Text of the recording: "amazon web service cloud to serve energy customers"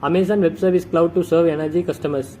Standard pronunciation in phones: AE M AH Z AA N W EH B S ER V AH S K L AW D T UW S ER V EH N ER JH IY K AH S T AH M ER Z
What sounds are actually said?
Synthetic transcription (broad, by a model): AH M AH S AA N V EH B S ER V AH S K L AW D T UW S ER V EH N ER JH IY K AH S T AH M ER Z